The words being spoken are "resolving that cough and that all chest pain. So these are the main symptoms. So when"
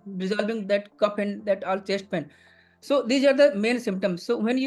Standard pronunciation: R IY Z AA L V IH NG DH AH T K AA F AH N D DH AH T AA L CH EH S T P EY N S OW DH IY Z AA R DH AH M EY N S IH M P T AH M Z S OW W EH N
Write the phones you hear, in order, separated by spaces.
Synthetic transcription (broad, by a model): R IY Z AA L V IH NG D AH T K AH P AH N D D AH T AA L CH EH S T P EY N S OW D IY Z AA R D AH M EY N S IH M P T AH M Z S OW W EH N